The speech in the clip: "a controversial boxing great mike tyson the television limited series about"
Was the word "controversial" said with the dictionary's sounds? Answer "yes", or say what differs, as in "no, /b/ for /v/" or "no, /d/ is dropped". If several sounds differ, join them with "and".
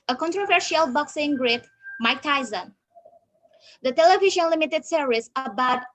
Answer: yes